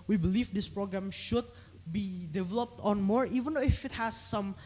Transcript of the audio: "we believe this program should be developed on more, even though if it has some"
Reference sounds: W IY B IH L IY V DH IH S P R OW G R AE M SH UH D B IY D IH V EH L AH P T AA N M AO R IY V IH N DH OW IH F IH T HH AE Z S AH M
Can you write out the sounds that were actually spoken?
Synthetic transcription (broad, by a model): W IY B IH L IY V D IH S P R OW G R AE M SH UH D B IY D IH V EH L AH P T AA N M AO R IY V IH N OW IH F IH T HH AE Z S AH M